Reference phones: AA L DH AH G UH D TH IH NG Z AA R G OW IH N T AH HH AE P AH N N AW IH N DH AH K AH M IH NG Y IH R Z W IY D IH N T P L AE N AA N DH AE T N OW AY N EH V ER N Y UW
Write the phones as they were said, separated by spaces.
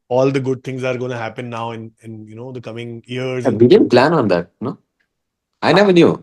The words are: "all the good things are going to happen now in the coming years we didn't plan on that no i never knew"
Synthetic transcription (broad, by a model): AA L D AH G UH D T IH NG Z AA R G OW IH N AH HH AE P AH N N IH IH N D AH K AH M IH NG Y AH R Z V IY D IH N P L AE N AA N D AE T N OW AY N EH V ER N Y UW